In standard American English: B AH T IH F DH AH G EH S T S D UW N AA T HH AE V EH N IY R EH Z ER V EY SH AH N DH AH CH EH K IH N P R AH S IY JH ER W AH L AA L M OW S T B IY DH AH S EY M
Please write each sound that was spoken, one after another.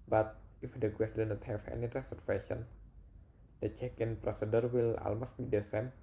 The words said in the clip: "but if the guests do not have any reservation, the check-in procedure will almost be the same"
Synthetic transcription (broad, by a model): B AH T IH F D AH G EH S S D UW N AA T HH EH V EH N IY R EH S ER F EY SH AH N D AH CH EH K IH N P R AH S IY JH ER W AH L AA L M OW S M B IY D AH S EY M